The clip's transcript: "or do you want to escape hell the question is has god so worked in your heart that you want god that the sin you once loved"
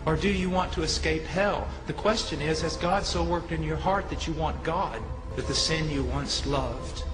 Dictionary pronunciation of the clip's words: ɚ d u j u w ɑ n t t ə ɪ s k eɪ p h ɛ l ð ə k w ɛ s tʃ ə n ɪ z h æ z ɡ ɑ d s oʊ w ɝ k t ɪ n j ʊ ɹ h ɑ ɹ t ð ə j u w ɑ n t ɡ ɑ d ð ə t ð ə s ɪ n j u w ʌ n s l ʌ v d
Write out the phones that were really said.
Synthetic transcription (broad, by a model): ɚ d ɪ j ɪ w ɑ n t t ə ɪ s k eɪ p h ɛ l ð ə k w ɛ s tʃ ə n ɪ z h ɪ z ɡ ɑ d s oʊ w ɝ k t ɪ n j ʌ ɹ h ɑ ɹ t ð ə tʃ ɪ w ɑ n ɡ ɑ d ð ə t ð ə s ɪ n j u w ʌ n s l ʌ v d